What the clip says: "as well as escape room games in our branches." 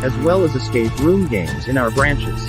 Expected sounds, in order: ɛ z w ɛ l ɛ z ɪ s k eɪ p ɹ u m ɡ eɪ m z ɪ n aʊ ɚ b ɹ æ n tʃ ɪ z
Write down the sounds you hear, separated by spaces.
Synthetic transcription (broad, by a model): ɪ z w ɛ l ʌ z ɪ s k eɪ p ɹ u m ɡ eɪ m z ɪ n aʊ ɚ b ɹ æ n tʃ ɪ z